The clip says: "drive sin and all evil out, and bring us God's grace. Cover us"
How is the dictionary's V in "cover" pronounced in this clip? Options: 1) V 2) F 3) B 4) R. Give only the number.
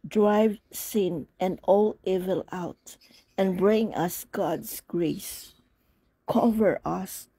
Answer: 1